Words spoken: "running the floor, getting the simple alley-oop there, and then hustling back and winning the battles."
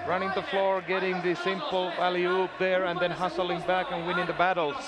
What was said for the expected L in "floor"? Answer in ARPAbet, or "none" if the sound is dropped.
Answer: L